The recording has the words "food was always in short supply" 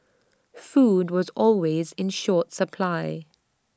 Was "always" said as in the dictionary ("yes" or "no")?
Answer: yes